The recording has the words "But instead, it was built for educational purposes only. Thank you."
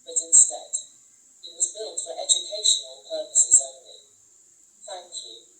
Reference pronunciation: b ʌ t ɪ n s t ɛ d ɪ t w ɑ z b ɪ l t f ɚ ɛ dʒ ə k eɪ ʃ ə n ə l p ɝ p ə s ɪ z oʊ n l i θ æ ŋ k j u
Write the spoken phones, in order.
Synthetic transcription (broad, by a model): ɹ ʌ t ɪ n s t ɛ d ɪ t w ɑ z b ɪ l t f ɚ ɛ dʒ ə k eɪ ʃ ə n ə n p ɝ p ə s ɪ z oʊ n l i θ æ ŋ k j u